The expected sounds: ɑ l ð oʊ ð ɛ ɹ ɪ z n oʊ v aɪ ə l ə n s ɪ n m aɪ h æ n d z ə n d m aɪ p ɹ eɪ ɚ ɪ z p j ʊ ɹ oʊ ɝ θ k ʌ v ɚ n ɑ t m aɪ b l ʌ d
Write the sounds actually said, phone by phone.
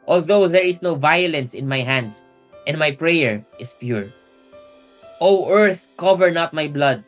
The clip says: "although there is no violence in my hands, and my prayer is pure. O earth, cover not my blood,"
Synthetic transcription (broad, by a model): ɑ l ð oʊ ð ɛ ɹ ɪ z n oʊ v aɪ ə l ə n s ɪ n m aɪ h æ n d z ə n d m aɪ p ɹ eɪ ɚ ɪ s p j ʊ ɹ oʊ ɝ θ k ʌ v ɚ n ɑ t m aɪ b l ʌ d